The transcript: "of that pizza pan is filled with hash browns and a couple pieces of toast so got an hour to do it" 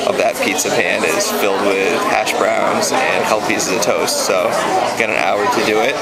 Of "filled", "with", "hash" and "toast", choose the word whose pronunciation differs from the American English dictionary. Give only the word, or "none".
none